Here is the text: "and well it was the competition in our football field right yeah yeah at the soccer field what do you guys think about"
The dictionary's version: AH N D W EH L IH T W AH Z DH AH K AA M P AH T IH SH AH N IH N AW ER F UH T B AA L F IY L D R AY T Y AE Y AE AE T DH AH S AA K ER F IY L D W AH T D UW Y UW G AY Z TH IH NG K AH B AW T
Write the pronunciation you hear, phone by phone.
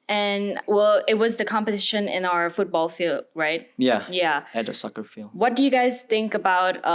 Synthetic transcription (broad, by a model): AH N W EH L IH T W AH Z DH AH K AA M P AH T IH SH AH N IH N AW ER F UH T B AA L F IY L D R AY T Y AE Y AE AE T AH S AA K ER F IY L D W AH T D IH Y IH G AY Z TH IH NG K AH B AW T